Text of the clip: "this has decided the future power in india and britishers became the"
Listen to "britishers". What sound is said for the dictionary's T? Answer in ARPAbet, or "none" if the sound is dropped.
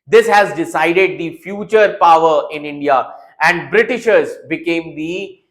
T